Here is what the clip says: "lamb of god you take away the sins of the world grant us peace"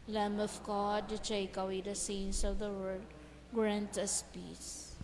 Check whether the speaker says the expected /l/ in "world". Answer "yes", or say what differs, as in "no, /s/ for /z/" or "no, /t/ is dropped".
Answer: no, /l/ is dropped